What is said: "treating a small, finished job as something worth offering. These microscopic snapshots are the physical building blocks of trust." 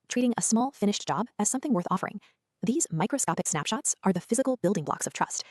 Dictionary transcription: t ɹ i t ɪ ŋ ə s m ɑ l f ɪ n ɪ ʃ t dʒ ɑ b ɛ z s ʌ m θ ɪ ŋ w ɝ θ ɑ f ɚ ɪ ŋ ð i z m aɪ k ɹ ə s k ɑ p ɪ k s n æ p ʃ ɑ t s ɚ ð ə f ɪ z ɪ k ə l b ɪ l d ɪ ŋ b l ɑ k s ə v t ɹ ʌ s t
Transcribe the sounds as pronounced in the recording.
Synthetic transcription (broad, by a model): t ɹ i t ɪ ŋ ə s m ɑ l f ɪ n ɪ ʃ dʒ ɑ b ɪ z s ʌ m θ ɪ ŋ w ɝ θ ɑ f ɚ ɪ ŋ ð i z m aɪ k ɹ ə s k ɑ p ɪ k s n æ p ʃ ɑ t s ɚ ð ə f ɪ z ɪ k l b ɪ l d ɪ ŋ b l ɑ k s ə v t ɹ ʌ s t